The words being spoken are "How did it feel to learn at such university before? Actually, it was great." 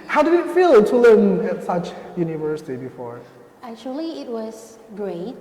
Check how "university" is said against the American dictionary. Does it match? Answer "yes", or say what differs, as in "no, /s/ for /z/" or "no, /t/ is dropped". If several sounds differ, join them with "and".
yes